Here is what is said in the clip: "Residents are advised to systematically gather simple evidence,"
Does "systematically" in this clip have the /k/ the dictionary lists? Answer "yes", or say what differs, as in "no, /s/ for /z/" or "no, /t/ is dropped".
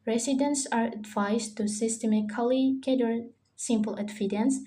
no, /k/ is dropped